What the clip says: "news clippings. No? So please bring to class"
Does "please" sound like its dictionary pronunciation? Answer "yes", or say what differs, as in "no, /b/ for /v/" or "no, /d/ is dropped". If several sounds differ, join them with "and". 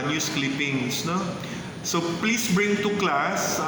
no, /s/ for /z/